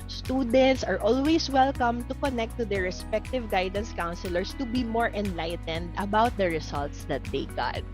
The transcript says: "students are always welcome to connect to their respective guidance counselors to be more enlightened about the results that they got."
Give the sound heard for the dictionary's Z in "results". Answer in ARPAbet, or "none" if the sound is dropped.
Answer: S